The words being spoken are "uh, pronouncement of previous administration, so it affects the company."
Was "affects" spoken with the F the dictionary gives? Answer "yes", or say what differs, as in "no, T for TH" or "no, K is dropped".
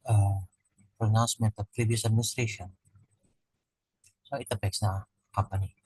no, P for F